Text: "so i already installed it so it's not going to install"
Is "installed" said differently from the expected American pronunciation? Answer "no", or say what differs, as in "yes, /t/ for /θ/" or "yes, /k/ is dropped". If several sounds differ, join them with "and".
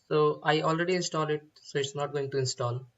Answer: yes, /d/ is dropped